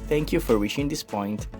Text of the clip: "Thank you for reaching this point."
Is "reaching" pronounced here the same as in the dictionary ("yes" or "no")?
no